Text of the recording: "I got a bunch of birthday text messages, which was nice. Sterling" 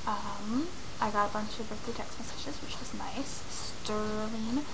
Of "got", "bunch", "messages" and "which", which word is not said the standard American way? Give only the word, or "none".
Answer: messages